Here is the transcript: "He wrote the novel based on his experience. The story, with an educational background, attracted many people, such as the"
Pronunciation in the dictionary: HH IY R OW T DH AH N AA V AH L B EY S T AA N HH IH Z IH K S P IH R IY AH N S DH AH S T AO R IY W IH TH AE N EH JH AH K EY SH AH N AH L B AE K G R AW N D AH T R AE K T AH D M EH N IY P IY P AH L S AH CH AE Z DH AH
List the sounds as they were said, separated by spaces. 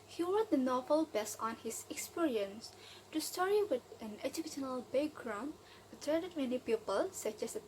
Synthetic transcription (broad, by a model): HH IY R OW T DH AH N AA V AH L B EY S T AA N HH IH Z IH K S P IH R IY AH N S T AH S T AO R IY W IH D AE N EH JH AH K EY SH AH N AH L B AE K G R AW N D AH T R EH T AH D M EH N IY P IY P AH L S AH CH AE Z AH